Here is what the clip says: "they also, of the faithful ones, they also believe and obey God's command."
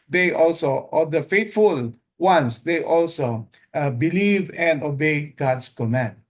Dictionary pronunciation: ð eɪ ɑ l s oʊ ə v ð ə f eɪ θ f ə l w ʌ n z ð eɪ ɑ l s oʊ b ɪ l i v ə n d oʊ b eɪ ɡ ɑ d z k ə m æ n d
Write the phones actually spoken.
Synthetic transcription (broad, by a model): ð eɪ ɑ l s oʊ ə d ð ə f eɪ t f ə l w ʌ n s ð eɪ ɑ l s oʊ b ɪ l i v ə n d oʊ b eɪ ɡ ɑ d s k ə m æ n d